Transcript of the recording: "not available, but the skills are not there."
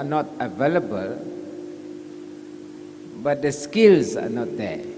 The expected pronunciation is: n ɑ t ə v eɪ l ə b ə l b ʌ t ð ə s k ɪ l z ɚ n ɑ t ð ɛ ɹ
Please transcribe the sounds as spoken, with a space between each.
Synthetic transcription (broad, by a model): n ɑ t ə v eɪ l ə b ə l b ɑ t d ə s k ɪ l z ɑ n ɑ t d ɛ